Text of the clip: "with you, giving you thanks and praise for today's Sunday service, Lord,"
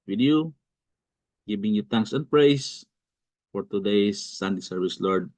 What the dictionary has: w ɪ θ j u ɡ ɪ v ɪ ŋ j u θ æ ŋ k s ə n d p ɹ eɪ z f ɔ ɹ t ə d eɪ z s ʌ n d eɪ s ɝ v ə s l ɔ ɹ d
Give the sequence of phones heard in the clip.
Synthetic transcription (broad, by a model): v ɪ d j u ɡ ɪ b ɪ ŋ j u t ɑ ŋ k s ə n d p ɹ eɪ s f ɔ ɹ t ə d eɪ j s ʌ n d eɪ s ɝ v ə s l ɔ ɹ d